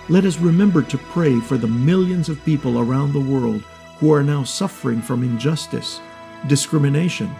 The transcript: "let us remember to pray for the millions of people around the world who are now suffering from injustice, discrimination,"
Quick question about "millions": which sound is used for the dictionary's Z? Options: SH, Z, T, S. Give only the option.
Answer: Z